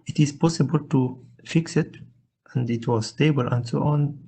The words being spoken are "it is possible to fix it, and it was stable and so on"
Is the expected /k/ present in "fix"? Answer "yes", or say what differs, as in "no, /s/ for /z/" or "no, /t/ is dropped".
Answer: yes